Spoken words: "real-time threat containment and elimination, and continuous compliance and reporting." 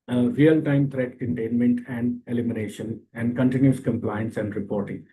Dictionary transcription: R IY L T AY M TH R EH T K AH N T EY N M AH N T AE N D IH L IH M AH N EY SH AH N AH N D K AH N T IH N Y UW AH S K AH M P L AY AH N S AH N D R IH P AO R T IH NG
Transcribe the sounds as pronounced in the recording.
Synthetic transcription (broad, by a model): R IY L T AY M T R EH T K AH N T EY N M AH N T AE N D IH L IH M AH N EY SH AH N AH N D K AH N T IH N Y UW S K AH M P L AY AH N S AH N D R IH P AO R T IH NG